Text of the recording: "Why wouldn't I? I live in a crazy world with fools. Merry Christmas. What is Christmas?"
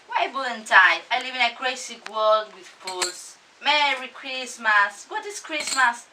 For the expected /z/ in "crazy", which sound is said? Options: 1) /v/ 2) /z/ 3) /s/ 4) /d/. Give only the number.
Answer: 3